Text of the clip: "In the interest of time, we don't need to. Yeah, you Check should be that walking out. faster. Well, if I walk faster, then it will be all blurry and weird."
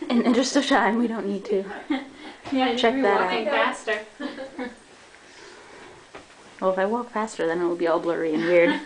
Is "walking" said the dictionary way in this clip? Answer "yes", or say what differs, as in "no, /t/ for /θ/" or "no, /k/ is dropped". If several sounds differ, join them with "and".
no, /k/ is dropped